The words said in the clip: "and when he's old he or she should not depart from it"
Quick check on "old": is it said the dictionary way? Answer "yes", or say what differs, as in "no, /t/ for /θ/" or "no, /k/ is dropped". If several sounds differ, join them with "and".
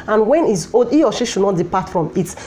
no, /l/ is dropped